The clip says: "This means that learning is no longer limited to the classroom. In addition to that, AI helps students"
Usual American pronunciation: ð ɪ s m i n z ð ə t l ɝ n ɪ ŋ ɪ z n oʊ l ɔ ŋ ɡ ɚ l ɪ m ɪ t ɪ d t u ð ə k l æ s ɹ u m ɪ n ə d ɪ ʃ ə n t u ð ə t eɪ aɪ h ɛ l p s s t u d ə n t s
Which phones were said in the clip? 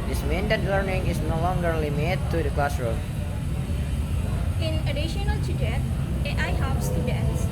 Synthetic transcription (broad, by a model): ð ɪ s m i n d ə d l ɝ n ɪ ŋ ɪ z n oʊ l ɔ ŋ ɡ ɚ l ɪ m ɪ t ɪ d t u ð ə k l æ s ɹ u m ɪ n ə d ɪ ʃ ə n t u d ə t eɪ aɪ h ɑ p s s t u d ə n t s